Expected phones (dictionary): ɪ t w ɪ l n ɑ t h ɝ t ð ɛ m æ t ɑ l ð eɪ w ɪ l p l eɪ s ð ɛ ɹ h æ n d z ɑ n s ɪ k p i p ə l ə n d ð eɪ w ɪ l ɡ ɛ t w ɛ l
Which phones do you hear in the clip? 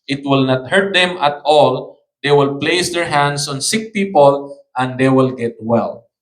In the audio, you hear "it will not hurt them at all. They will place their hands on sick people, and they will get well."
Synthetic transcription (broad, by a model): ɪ t w ɪ l n ɑ t h ɝ t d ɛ m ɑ t ɑ l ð eɪ w ɪ l p l eɪ s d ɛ ɹ h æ n d s ɑ n s ɪ k p i p ə l ə n d eɪ w ɪ l ɡ ɛ t w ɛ l